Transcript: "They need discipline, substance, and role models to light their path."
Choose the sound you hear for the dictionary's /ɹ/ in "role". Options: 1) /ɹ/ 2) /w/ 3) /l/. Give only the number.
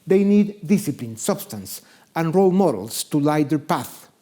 1